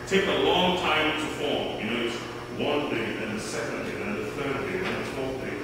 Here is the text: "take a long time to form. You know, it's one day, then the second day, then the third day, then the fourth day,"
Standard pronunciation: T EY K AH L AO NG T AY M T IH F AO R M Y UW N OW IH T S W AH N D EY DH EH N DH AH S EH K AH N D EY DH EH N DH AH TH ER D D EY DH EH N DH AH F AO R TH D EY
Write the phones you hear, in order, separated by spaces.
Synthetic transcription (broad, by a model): T EY K AH L AO NG T AY M T IH F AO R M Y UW N OW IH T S W AH N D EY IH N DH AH S EH K AH N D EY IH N DH AH TH ER D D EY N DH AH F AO R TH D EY